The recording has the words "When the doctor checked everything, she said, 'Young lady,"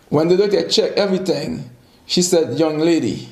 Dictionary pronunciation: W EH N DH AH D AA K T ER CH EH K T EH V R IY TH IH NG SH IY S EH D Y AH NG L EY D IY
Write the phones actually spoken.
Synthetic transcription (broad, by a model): W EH N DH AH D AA T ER CH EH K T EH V R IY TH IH NG SH IY S EH D Y AH NG L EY D IY